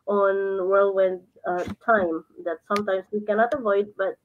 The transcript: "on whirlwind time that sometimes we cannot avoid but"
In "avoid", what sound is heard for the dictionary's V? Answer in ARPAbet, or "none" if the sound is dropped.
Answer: V